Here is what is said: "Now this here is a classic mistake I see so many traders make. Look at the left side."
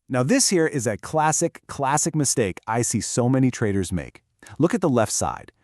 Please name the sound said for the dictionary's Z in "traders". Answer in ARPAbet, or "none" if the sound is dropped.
Z